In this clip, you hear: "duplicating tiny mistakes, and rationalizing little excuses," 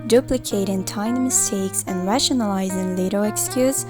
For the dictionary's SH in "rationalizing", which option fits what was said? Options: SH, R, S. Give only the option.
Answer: SH